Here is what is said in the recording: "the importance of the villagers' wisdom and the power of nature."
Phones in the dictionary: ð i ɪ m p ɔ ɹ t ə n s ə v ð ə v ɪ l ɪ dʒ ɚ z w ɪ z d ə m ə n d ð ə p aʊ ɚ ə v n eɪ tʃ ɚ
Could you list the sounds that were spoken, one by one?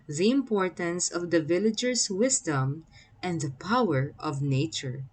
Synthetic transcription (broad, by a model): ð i ɪ m p ɔ ɹ t ə n s ə v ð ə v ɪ l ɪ dʒ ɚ s w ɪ s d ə m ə n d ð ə p aʊ ɚ ə v n eɪ tʃ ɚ